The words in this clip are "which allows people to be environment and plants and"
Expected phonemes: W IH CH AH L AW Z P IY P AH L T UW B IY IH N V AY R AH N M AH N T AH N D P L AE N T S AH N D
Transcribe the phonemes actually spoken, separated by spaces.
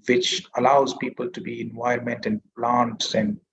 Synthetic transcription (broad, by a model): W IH CH AH L AW Z P IY P AH L T UW B IY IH N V AY AH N M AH N T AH N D P L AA N T S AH N D